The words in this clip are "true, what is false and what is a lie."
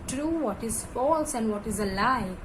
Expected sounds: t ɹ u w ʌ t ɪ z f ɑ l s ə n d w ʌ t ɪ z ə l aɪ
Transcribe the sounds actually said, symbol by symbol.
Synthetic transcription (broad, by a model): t ɹ u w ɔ t ɪ z f ɑ l s ə n d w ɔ t ɪ z ə l aɪ